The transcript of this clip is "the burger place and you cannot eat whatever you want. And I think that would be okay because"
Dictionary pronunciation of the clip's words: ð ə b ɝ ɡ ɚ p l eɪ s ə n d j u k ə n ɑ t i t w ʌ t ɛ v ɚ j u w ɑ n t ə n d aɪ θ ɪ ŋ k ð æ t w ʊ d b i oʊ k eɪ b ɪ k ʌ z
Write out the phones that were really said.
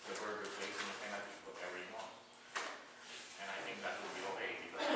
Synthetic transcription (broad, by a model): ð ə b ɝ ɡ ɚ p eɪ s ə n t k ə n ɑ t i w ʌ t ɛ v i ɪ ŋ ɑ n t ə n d aɪ θ ɪ ŋ k ð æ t w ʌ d b i oʊ k eɪ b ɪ k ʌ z